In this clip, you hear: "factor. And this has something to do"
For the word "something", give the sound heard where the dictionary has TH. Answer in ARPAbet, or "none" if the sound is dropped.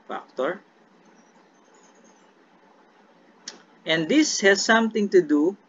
T